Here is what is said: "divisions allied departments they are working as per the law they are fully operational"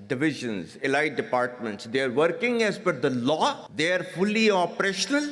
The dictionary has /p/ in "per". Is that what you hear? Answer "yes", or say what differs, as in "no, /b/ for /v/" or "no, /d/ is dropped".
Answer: no, /f/ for /p/